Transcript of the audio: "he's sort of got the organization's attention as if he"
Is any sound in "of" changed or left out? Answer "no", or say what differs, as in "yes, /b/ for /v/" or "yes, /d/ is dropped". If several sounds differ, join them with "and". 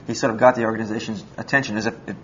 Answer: no